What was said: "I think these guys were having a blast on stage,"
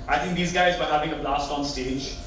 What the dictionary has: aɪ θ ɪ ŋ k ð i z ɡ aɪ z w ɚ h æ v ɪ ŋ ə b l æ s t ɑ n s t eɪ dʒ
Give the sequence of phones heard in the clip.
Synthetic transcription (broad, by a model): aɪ t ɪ ŋ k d i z ɡ aɪ z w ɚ h æ v ɪ ŋ ə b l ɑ s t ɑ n s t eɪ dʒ